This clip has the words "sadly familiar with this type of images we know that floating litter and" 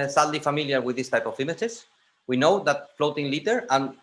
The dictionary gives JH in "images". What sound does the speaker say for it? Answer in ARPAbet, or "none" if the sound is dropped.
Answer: CH